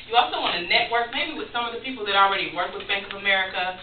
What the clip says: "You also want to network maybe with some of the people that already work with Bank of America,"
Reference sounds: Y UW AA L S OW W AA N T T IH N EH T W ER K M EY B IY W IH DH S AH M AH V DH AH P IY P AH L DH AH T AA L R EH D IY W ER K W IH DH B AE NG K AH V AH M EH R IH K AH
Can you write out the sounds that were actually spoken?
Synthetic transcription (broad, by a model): Y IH AA L S OW W AA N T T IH N EH T W ER K M EY B IY W IH DH S AH M AH V DH AH P IY P L DH AH T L R EH D IY W ER K W IH DH B AE NG K AH V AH M EH R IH K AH